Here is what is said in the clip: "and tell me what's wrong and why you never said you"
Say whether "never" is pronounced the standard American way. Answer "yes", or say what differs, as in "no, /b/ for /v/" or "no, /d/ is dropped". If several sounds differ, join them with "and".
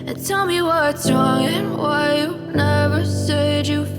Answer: yes